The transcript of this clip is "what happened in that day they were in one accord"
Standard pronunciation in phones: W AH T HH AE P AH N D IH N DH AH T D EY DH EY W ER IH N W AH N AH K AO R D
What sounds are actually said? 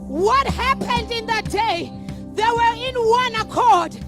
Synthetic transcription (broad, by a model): W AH T HH AE P AH N D IH N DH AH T D EY DH EY W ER IH N W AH N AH K AO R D